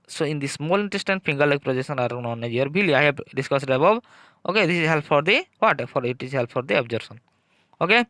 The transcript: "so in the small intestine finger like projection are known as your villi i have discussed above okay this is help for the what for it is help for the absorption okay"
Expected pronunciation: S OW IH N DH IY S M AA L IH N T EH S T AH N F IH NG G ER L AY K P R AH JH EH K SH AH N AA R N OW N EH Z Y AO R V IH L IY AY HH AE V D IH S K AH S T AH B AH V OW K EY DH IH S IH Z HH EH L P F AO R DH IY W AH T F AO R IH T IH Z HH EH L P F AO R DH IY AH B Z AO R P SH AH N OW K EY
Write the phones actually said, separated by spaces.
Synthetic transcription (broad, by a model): S OW IH N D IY S M AA L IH N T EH S T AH N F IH NG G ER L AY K P R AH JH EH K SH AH N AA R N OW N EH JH Y AO R B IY L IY AY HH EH B D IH S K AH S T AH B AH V OW K EY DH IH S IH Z HH EH L P F AO R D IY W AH T F AO R IH T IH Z HH EH L P F AO R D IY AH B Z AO R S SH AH N OW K EY